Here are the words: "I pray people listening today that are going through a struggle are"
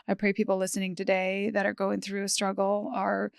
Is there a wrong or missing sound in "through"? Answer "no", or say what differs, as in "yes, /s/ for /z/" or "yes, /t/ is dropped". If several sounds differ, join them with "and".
no